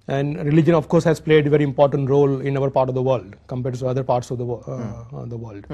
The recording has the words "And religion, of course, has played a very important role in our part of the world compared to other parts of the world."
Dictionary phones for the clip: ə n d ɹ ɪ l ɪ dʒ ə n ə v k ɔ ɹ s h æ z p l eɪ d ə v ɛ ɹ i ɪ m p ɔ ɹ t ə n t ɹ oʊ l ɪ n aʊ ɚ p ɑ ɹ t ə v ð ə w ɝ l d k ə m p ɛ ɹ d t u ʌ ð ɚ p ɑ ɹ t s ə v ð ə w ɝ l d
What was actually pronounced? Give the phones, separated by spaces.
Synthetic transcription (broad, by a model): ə n d ɹ ɪ l ɪ dʒ ə n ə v k ɔ ɹ s h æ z p l eɪ d ə v ɛ ɹ i ɪ m p ɔ ɹ t ə n t ɹ oʊ l ɪ n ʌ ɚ p ɑ ɹ t ə v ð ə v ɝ l d k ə m p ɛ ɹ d t u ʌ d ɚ p ɑ ɹ t s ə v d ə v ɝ l d